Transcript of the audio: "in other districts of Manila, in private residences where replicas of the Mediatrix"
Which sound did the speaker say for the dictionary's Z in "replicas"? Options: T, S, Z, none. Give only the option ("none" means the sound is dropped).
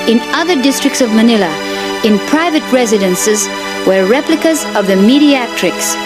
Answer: Z